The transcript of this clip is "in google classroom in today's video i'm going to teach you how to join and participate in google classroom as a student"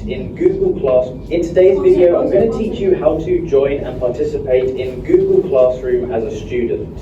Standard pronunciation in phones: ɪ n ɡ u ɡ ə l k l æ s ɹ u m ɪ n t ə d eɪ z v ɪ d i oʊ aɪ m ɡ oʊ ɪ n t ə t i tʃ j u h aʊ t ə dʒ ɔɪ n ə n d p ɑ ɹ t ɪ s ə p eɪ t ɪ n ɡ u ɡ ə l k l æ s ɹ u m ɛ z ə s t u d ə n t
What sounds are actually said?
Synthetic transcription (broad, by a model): ɪ n ɡ u ɡ ə l k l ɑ s ɪ n t ə d eɪ z v ɪ d i oʊ aɪ m ɡ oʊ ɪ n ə t i tʃ j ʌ h aʊ t ə dʒ ɔɪ n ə n p ɑ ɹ t ɪ s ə p eɪ t ɪ n ɡ u ɡ ə l k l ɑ s ɹ u m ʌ z ə s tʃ u d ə n t